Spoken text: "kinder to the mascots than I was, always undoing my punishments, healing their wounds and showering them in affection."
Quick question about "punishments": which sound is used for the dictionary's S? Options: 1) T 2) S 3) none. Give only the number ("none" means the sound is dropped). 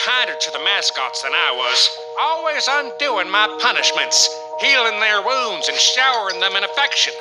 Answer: 2